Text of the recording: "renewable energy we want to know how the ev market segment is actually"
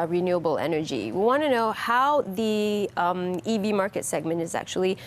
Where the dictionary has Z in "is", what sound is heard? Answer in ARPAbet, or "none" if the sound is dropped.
Z